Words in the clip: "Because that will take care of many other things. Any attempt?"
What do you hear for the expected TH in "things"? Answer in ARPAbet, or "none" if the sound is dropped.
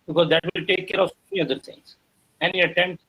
T